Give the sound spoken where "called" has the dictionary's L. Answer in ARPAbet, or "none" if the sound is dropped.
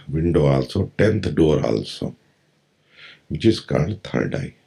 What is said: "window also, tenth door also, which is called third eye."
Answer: none